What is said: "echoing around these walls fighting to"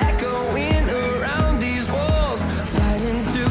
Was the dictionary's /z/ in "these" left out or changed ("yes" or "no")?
no